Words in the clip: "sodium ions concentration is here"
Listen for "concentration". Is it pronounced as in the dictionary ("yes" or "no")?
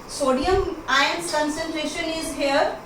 yes